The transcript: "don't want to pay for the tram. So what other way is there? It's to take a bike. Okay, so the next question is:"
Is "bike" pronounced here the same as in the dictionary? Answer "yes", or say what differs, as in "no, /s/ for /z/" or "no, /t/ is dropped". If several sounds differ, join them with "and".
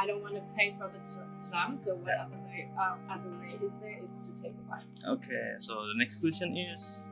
no, /k/ is dropped